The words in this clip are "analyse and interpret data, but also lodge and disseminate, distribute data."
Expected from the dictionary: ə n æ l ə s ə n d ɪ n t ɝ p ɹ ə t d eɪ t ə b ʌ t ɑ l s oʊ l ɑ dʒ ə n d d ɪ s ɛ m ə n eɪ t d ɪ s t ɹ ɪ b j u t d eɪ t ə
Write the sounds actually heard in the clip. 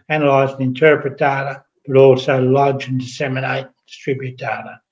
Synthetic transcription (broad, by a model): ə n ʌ l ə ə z ɪ n t ɝ p ɹ ə t d eɪ t ə b ʌ t ɑ l s oʊ l ɑ dʒ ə n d d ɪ s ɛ m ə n eɪ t d ɪ s t ɹ ɪ b j u t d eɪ t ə